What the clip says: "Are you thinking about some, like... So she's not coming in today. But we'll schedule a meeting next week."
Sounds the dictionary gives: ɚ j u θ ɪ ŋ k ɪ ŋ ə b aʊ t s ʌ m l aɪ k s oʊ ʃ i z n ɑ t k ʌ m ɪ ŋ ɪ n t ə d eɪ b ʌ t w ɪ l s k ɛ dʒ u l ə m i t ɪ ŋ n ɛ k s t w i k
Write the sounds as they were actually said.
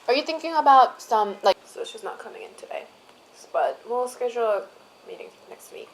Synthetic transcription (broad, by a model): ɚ j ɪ θ ɪ ŋ k ɪ ŋ ə b aʊ t s ʌ m l aɪ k s oʊ s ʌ s n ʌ t k ʌ m ɪ ŋ ɪ n t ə d eɪ b ʌ t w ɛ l s k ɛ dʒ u l m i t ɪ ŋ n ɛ k s t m i